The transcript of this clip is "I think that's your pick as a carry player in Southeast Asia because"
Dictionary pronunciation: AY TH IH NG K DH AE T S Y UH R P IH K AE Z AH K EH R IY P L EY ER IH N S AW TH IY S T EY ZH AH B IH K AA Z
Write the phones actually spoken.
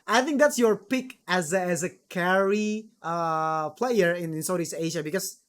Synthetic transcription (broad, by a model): AY TH IH NG K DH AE T S Y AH R P IH K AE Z AH K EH R IY P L EY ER IH N S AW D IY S EY ZH AH B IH K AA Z